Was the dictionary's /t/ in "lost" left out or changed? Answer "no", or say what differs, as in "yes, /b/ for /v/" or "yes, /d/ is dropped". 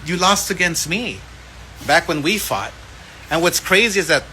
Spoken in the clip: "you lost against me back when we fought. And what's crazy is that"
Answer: no